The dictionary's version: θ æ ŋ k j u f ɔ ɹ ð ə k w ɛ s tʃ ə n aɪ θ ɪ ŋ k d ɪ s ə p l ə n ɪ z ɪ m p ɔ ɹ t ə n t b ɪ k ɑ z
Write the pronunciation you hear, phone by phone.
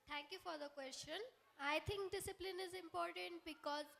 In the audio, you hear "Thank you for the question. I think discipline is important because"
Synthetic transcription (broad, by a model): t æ ŋ k j u f ɔ ɹ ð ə k w ɛ s tʃ ə n aɪ t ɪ ŋ k d ɪ s ə p l ə n ɪ z ɪ m p ɔ ɹ t ə n t b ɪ k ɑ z